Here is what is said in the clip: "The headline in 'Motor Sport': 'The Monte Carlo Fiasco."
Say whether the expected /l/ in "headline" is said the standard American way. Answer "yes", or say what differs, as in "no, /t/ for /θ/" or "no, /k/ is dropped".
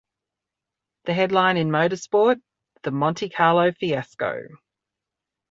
yes